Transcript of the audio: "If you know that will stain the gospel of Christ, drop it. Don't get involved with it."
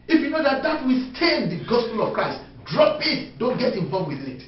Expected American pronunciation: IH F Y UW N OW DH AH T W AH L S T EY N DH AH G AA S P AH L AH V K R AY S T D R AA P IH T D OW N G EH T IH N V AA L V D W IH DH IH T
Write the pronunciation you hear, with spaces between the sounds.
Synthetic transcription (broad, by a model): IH F Y UW N OW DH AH T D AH W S T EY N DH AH G AA S P AH L AH V K R AY S T D R AA P IH T D OW N G EH T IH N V AA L V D W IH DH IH T